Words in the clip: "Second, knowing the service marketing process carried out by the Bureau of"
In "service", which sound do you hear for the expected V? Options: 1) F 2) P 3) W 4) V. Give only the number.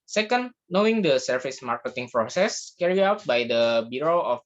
1